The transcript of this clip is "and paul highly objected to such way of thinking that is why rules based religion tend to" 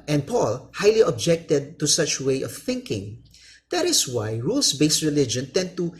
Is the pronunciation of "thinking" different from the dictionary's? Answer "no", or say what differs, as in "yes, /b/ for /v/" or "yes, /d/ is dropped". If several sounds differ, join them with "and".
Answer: no